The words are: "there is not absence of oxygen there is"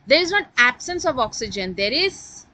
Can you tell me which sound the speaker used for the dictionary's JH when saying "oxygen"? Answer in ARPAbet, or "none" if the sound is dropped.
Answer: JH